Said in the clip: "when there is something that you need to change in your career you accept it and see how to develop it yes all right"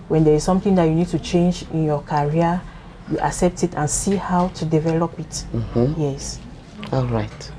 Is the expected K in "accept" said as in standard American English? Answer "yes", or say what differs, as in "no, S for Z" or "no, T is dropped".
yes